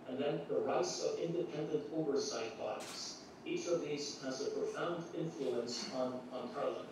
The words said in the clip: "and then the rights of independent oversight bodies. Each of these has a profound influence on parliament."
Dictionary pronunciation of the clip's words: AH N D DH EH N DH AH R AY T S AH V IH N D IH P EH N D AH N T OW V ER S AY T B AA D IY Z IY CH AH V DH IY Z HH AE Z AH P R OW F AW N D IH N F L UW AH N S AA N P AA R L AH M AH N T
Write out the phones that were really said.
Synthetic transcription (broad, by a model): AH N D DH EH N DH AH R AY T S AH V IH N D IH P EH N D AH N T OW V ER S AY T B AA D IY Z IY CH AH V DH IY Z HH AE Z AH P R OW F AW N D IH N F L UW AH N S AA N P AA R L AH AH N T